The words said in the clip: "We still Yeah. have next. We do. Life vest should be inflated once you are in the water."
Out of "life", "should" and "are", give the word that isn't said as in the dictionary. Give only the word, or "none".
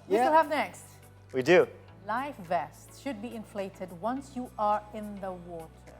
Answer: none